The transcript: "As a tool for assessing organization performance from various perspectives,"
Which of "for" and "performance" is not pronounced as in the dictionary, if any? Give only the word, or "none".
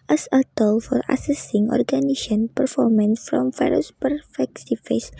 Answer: none